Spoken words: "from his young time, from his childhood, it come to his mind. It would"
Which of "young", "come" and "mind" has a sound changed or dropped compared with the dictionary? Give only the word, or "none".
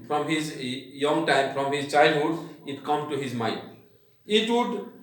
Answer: mind